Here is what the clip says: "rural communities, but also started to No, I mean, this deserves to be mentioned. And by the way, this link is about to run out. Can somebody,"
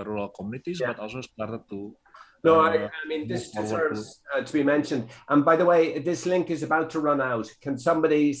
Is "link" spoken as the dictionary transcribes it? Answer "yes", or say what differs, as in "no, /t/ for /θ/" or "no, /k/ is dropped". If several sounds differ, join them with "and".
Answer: yes